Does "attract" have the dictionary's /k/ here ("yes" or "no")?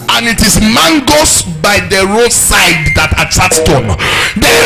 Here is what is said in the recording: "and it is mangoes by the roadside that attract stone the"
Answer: no